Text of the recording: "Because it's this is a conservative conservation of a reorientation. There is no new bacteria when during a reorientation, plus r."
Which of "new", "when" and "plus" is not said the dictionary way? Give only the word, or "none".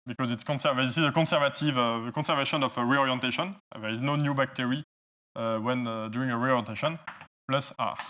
none